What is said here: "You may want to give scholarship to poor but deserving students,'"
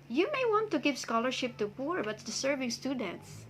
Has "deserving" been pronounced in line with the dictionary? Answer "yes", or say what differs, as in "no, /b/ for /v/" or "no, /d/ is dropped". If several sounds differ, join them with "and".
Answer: no, /s/ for /z/